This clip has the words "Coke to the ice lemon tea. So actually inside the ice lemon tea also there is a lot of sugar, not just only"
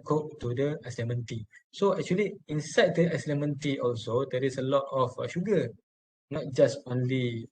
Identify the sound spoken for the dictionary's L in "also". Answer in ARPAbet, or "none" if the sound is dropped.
L